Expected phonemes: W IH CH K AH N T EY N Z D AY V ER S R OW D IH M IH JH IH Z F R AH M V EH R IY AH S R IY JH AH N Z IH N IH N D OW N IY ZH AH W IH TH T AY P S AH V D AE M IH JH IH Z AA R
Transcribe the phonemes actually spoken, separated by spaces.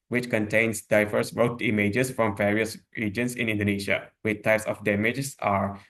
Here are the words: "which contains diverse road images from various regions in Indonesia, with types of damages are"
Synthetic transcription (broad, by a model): W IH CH K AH N T EY N S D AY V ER S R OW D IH M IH JH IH S F R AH M V EH R IY AH S R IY JH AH N S IH N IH N D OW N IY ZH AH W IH T AY P S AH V D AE M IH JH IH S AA R